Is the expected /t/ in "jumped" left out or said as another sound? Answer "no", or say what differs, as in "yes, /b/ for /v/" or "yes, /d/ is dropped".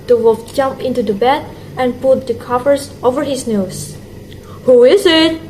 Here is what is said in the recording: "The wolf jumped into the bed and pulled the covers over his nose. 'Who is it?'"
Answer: yes, /t/ is dropped